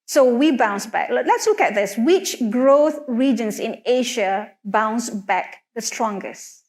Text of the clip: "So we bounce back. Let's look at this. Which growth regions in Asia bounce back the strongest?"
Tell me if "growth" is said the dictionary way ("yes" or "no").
yes